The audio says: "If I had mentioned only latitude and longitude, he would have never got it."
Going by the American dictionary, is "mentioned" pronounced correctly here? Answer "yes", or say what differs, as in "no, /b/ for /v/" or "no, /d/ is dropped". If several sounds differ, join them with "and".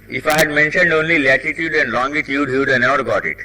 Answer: yes